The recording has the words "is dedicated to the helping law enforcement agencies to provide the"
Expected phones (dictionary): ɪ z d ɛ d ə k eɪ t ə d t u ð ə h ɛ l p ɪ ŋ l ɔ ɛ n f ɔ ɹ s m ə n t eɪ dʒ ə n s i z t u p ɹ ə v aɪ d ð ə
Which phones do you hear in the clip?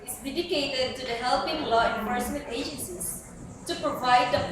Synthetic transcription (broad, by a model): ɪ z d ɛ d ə k eɪ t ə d t u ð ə h ɛ l p ɪ ŋ l ɔ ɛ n p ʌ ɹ s ə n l eɪ dʒ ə n s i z t u p ɹ ə v aɪ d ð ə